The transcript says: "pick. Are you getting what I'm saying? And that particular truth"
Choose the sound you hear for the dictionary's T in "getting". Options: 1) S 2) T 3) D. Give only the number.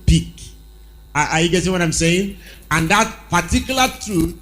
1